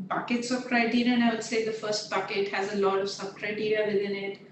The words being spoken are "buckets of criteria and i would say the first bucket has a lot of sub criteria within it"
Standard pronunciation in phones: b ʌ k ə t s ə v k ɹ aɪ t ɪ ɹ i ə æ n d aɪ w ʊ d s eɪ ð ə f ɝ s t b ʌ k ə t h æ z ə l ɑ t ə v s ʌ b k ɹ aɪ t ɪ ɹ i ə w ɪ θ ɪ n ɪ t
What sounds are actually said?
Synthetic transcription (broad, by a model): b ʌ k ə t s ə b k ɹ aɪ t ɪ ɹ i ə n aɪ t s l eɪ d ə f ɝ s t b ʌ k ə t h æ z ə l ɑ t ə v s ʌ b k ɹ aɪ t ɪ ɹ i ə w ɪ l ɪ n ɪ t